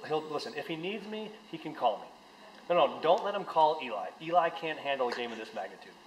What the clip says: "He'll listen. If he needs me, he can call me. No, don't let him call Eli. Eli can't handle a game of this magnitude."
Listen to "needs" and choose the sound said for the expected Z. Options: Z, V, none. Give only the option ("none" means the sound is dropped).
Z